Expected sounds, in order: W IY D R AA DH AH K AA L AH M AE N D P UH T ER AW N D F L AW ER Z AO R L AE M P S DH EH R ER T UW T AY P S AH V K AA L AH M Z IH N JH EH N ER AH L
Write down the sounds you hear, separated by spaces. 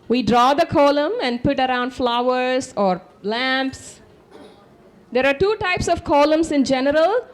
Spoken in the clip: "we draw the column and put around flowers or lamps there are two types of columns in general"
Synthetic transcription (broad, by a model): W IY D R AA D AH K AA L AH M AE N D P UH T ER AW N D F L AW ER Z AO R L AE M P S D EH R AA T UW T AY P S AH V K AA L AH M S IH N JH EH N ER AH L